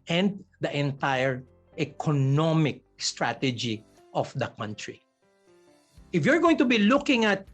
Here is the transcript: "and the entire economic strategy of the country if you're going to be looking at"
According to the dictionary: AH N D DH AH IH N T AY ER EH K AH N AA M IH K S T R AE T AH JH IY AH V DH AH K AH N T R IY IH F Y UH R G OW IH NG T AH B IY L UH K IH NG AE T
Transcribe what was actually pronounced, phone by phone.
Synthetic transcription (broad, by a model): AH N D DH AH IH N T AY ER EH K AH N AA M IH K S T R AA T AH JH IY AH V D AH K AH N T R IY IH F Y UH R G OW IH NG T AH B IY L UH K IH NG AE T